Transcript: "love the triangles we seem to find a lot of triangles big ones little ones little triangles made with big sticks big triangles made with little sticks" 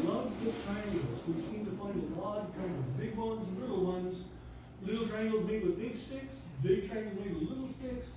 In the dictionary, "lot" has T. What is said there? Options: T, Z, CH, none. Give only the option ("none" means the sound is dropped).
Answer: none